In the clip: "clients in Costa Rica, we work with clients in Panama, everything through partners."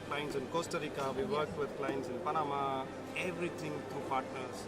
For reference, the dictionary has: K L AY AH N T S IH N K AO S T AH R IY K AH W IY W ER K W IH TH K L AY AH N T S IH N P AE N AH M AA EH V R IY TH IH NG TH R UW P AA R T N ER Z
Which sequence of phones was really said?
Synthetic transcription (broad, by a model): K L AY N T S IH N K AO S T AH R IY K AH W IY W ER K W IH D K L AY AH N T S IH N P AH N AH M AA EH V R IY T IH NG T R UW P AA R T N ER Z